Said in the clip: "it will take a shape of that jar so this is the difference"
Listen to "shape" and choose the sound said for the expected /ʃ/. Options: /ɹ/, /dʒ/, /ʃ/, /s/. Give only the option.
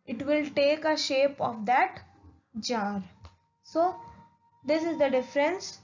/ʃ/